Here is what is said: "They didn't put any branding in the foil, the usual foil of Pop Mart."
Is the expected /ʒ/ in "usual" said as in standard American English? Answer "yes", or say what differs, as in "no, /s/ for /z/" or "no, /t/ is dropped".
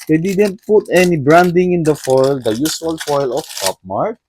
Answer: no, /s/ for /ʒ/